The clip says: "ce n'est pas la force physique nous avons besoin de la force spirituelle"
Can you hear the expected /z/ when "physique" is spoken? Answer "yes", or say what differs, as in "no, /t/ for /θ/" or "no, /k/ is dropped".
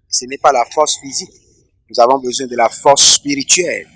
yes